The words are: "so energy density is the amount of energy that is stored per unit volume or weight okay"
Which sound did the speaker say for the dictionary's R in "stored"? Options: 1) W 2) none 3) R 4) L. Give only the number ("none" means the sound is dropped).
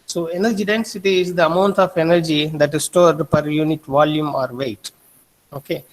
3